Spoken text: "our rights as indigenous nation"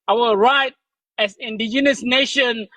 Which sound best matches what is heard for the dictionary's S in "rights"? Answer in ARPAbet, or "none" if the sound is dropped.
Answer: none